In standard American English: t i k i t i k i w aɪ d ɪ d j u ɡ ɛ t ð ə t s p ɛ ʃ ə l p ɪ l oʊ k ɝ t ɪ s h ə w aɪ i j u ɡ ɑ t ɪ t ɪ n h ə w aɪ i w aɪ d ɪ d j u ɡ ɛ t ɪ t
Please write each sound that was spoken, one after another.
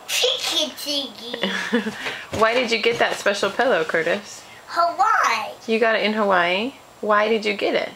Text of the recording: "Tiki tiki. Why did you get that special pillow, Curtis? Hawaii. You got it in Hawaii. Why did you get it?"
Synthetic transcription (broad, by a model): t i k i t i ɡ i w aɪ d ɪ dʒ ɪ ɡ ɛ t ð ə t s p ɛ ʃ l p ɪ l oʊ k ɝ t ɪ s h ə w aɪ j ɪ ɡ ɑ t ɪ t ɪ n h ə w aɪ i w aɪ d ɪ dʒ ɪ ɡ ɛ t ɪ t